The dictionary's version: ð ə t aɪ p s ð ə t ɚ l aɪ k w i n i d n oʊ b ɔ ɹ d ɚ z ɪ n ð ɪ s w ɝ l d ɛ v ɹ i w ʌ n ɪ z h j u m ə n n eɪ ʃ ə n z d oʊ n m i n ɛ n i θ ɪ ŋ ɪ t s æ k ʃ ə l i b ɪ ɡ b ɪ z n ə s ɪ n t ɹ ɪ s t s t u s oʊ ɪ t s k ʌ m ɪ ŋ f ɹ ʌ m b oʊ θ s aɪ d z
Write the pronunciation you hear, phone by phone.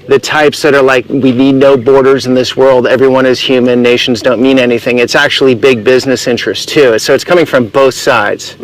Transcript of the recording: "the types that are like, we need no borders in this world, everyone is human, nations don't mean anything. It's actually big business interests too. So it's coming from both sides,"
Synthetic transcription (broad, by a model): ð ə t aɪ p s ð ə t ɚ l aɪ k w i n i d n oʊ b ɔ ɹ d ɚ z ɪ n ð ɪ s w ɝ l d ɛ v ɹ i w ʌ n ɪ z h j u m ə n n eɪ ʃ n z d oʊ n m i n ɛ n i θ ɪ ŋ ɪ t s æ k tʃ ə l i b ɪ ɡ b ɪ z n ə s ɪ n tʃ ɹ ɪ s s t u s oʊ ɪ t s k ʌ m ɪ ŋ f ɹ ʌ m b oʊ θ s aɪ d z